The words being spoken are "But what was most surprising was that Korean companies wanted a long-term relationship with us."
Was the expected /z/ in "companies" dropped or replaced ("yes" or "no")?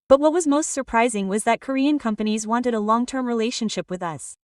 no